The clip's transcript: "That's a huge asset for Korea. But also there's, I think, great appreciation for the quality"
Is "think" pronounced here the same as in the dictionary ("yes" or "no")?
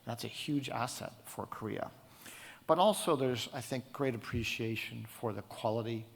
yes